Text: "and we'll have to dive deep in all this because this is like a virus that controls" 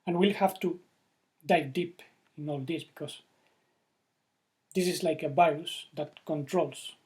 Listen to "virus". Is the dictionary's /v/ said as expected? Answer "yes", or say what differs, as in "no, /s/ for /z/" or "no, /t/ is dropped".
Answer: no, /b/ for /v/